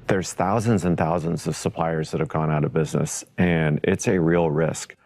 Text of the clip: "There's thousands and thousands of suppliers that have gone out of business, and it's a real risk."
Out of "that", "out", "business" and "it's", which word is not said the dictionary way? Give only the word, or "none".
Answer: none